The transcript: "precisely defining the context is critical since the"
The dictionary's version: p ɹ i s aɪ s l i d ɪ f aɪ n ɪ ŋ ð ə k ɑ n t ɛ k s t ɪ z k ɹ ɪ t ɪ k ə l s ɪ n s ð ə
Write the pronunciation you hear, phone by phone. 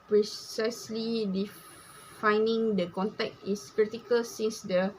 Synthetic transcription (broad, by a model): p ɹ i s aɪ s l i d ɪ f aɪ n ɪ ŋ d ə k ɑ n t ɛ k t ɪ s k ɹ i t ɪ k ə l s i n s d ə